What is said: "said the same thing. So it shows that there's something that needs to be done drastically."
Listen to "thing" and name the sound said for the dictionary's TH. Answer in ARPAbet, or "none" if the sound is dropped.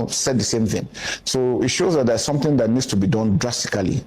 TH